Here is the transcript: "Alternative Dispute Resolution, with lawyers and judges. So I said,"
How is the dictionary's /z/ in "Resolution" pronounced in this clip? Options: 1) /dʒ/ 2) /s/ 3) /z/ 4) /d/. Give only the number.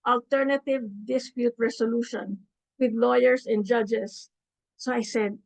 2